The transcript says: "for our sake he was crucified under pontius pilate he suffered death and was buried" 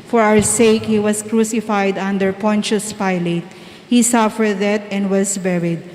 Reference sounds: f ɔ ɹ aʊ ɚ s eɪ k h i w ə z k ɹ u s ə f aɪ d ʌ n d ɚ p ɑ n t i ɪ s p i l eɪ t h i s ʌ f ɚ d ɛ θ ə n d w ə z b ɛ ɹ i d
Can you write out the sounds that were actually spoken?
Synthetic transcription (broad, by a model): f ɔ ɹ aʊ ɚ s eɪ k h i w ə s k ɹ u s ə f aɪ d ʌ n d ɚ p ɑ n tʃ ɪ s p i l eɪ t h i s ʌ f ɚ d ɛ t ə n d w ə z b ɛ ɹ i d